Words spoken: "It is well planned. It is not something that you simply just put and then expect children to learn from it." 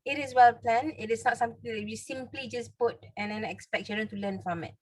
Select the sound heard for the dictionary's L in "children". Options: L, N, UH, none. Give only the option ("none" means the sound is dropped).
none